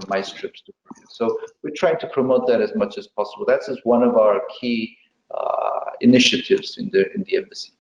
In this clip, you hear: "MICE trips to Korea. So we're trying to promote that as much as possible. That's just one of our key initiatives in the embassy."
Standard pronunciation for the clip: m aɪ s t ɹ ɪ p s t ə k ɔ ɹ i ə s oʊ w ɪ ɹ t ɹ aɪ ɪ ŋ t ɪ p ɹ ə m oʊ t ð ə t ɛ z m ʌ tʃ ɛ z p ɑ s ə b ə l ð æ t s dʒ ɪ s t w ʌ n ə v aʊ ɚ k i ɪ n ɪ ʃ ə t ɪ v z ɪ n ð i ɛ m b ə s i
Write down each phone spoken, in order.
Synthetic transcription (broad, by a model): m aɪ s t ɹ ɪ p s t ə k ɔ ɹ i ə s oʊ w ɪ ɹ t ɹ aɪ ɪ ŋ t ɪ p ɹ ə m oʊ t ð ə t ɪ z m ʌ tʃ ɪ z p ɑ s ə b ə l ð æ t s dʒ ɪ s w ʌ n ə v aʊ ɚ k i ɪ n ɪ ʃ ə t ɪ v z ɪ n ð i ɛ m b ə s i